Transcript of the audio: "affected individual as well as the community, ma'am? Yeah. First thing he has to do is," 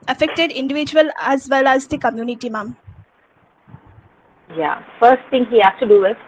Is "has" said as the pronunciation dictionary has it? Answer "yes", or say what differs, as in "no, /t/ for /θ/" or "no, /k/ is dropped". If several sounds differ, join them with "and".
no, /s/ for /z/